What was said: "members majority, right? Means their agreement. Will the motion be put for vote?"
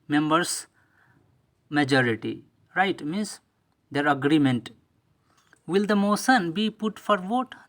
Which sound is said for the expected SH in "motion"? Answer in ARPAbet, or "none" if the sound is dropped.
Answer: S